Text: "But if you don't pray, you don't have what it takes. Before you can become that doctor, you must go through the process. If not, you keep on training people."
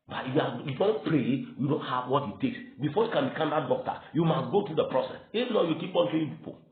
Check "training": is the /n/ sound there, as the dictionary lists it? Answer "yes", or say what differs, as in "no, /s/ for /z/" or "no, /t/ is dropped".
no, /n/ is dropped